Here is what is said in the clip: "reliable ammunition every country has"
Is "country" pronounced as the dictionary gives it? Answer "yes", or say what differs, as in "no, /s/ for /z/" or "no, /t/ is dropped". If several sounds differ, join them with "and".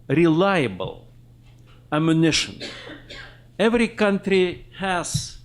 yes